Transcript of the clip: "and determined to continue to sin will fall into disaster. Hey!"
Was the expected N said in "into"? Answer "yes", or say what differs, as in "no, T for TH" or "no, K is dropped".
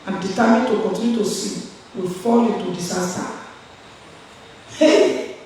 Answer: no, N is dropped